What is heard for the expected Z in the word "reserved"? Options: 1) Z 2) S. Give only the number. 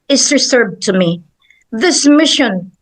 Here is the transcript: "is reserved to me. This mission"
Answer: 2